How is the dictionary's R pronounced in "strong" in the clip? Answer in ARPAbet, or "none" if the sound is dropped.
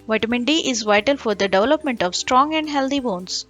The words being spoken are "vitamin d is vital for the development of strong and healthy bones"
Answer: R